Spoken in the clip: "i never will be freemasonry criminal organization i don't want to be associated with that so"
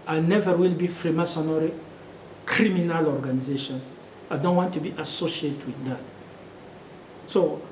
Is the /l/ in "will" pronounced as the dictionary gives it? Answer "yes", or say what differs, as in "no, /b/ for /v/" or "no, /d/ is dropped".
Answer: yes